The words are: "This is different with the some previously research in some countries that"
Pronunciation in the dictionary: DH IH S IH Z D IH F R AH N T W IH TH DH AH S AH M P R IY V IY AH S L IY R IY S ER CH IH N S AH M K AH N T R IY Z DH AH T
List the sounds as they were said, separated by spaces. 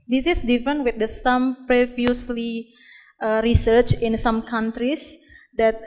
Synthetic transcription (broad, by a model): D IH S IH S D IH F R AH N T W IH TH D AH S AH M P R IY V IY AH S L IY R IY S ER CH IH N S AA M K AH N T R IY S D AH T